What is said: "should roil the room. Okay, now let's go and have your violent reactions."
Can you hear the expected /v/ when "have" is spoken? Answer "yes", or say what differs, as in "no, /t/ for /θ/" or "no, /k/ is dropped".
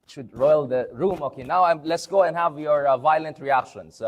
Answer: yes